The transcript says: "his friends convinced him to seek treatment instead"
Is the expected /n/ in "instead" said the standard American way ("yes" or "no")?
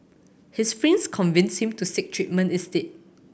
no